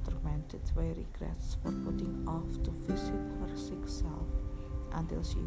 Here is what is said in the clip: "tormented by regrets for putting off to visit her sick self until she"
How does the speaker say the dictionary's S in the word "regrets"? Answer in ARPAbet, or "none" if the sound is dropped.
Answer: S